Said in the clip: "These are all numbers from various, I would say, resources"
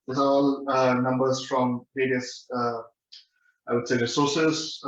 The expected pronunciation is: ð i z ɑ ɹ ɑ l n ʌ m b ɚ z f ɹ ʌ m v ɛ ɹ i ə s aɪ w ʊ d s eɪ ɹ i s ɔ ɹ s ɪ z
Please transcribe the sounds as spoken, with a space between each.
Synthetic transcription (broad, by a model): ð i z ɑ ɹ ɑ l n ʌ m b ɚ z f ɹ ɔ m p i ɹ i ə s aɪ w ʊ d s eɪ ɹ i s ɔ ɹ s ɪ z